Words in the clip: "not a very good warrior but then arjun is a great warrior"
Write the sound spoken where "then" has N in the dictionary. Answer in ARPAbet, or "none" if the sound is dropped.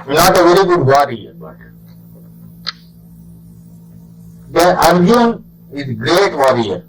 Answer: none